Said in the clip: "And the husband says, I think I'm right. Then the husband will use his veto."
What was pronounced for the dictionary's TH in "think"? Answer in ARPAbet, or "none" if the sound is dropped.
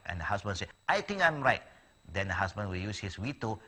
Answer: T